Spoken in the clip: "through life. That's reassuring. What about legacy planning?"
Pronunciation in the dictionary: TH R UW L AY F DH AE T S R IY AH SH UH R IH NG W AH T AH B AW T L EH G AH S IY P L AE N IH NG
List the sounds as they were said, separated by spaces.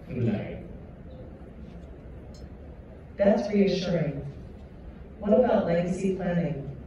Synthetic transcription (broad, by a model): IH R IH N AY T DH AE T S R IY AH SH UH R IH NG W AH T AH B AW T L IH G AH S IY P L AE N IH NG